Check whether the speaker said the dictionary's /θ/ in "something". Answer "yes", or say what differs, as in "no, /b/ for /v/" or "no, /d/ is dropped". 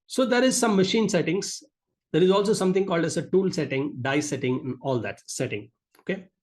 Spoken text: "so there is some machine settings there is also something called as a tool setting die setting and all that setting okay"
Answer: no, /t/ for /θ/